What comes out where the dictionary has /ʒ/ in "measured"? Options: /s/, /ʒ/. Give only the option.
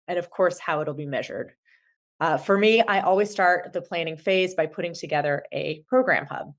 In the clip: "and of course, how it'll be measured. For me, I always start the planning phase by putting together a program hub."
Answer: /ʒ/